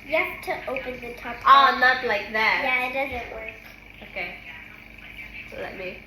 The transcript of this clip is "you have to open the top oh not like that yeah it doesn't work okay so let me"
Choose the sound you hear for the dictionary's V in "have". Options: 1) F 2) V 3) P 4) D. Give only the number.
3